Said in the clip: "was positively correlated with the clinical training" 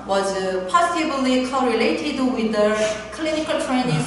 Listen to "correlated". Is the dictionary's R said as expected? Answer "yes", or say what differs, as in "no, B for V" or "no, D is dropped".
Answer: yes